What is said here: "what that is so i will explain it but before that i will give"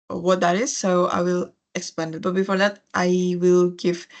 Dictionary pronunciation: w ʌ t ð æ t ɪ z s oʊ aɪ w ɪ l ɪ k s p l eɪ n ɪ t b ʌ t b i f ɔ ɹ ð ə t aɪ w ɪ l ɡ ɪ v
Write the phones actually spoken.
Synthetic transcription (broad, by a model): w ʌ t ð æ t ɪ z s oʊ aɪ w ɪ l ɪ k s p eɪ n ɪ t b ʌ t b i f ɔ ɹ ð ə t aɪ w ɪ l ɡ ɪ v